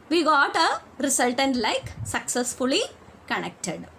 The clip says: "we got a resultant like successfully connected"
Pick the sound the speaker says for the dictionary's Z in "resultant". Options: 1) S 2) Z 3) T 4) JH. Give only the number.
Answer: 1